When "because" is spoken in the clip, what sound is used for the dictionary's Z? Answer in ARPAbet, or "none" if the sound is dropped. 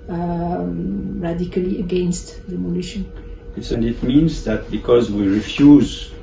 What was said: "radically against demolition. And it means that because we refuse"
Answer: Z